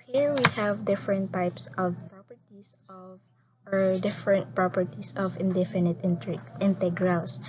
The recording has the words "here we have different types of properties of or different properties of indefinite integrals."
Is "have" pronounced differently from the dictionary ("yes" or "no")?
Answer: no